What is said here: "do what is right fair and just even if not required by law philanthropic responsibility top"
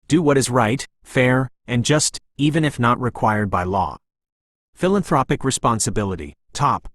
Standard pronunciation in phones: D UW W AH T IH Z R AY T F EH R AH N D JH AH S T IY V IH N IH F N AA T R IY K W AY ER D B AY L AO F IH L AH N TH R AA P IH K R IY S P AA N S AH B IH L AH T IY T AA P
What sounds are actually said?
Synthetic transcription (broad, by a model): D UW W AH T IH Z R AY T F EH R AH N JH AH S T IY V IH N IH F N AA T R IY K W AY ER D B AY L AO F IH L AH N TH R AA P IH K R IY S P AA N S AH B IH L AH T IY T AA P